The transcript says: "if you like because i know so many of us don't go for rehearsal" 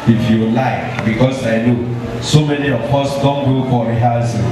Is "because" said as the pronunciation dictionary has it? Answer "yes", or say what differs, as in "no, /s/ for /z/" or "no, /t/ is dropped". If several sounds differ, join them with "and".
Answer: no, /s/ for /z/